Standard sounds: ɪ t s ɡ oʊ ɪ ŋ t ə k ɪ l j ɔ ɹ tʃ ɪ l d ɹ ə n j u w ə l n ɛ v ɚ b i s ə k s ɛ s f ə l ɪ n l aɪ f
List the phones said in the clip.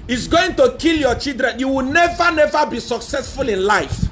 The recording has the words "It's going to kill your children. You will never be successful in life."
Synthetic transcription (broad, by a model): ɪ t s ɡ oʊ ɪ ŋ t ə k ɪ l j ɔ tʃ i l d ɹ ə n j u w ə n n ɛ v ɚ b i s ə k s ɛ s f ə l ɪ n l aɪ f